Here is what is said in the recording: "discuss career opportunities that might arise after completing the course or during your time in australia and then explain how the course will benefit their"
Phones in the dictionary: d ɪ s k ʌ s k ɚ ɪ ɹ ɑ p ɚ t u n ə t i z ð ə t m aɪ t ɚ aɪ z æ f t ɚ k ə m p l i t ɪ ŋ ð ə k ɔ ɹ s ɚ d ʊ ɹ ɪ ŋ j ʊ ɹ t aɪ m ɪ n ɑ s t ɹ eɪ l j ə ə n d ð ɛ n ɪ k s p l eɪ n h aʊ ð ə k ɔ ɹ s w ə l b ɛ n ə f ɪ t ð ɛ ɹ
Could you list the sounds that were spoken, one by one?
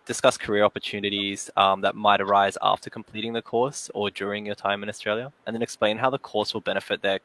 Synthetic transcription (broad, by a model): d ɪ s k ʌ s k ɚ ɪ ɹ ɑ p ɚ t u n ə t i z ð ə t m aɪ t ɚ aɪ z æ f t ɚ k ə m p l i t ɪ ŋ ð ə k ɔ ɹ s ɚ d ʊ ɹ ɪ ŋ j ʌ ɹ t aɪ m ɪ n ɑ s t ɹ eɪ l j ə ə n ð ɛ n ɪ k s p l eɪ n h aʊ ð ə k ɔ ɹ s w ə l b ɛ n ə f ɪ t ð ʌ ɹ